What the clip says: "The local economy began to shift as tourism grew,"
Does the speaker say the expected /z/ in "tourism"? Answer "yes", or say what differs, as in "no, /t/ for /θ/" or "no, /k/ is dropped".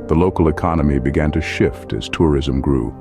yes